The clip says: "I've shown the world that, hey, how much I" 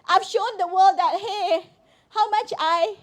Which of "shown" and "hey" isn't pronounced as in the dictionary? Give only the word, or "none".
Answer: none